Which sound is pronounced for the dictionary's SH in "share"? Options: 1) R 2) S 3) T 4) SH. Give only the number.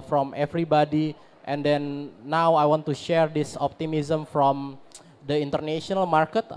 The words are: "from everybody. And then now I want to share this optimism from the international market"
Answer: 4